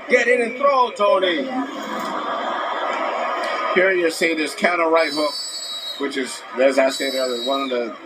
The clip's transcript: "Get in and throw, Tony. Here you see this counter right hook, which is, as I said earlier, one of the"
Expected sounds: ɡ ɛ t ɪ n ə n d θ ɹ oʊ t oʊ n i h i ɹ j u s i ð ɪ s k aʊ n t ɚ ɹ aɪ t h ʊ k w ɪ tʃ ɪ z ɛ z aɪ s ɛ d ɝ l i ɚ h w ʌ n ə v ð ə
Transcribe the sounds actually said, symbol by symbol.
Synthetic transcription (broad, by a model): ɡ ɛ t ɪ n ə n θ ɹ oʊ t oʊ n i h i ɹ j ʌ s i ð ɪ s k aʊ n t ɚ ɹ aɪ t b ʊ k w ɪ tʃ ɪ z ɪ z aɪ s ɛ ɪ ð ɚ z w ʌ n ə v ð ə